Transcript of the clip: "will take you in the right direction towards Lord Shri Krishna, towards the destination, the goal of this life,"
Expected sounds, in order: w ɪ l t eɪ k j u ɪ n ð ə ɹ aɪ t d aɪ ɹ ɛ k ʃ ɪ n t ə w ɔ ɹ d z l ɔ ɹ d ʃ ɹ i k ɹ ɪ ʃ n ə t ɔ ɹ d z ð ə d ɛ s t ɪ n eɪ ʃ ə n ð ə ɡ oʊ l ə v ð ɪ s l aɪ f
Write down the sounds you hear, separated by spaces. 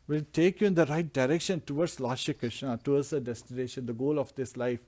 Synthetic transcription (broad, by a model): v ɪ l t eɪ k j u ɪ n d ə ɹ aɪ t d aɪ ɹ ɛ k ʃ ɪ n t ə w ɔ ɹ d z l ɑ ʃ i k ɹ ɪ ʃ n ə t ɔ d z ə d ɛ s t ɪ n eɪ ʃ ə n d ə ɡ oʊ l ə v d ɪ s l aɪ f